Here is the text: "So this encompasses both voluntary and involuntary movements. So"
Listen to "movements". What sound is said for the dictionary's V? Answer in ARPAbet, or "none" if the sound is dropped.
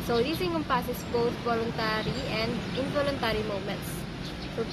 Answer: none